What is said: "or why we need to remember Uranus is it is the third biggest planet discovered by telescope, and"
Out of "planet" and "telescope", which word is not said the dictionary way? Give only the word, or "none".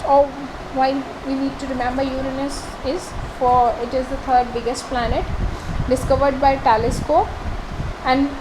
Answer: telescope